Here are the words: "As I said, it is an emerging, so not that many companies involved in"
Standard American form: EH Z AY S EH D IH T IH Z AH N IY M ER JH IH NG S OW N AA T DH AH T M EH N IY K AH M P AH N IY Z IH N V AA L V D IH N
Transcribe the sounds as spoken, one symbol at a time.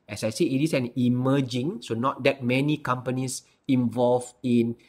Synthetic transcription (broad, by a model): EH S AY S EH IH T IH S AH N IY M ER JH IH NG S OW N AA T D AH T M EH N IY K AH M P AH N IY S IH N V AA L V IH N